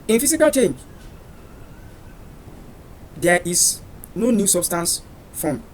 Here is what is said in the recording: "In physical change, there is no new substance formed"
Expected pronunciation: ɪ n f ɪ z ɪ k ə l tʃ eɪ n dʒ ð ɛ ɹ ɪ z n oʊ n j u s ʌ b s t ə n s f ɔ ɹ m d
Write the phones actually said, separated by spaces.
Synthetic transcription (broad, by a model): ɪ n f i s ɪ k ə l tʃ eɪ n dʒ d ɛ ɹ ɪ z n oʊ n j u s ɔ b s t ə n s f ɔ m